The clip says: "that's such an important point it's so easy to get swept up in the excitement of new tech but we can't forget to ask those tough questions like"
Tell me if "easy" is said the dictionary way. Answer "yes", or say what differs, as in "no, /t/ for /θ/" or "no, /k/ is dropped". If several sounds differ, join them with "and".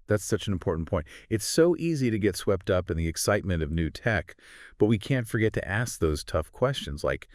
yes